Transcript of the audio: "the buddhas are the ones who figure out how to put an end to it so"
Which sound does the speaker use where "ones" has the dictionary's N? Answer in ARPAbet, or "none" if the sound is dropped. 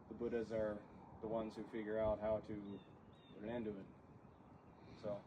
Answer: N